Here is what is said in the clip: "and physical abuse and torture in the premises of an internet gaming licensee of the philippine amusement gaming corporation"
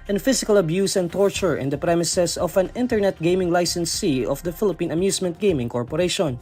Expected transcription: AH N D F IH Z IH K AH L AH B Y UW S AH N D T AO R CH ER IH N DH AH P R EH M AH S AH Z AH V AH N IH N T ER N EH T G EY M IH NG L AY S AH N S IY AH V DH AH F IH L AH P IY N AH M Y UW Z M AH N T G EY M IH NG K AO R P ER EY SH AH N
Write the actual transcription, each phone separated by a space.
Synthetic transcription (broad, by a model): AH N F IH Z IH K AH L AH B Y UW S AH N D T AO R CH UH IH N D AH P R EH M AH S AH S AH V AH N IH N T ER N EH T G EY M IH NG L AY S AH N S IY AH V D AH F IH L AH P IY N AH M Y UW S M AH N T G EY M IH NG K AO R P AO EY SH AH N